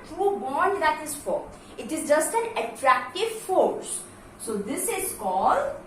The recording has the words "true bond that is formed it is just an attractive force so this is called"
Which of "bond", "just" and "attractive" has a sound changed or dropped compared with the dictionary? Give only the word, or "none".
none